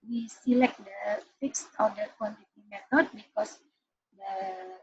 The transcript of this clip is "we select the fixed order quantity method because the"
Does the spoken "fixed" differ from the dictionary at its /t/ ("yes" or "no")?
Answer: no